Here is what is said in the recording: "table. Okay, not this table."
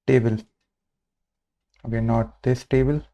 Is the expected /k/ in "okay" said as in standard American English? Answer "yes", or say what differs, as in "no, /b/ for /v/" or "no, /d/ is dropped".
no, /k/ is dropped